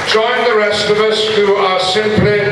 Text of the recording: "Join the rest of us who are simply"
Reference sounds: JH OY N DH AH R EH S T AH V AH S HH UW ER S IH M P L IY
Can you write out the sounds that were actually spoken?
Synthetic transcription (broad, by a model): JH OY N DH AH R EH S T AH V AH S HH UW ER S IH M P L IY